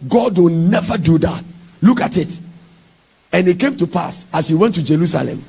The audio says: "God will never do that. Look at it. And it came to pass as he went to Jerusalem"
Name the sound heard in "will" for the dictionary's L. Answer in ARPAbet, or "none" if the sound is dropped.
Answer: N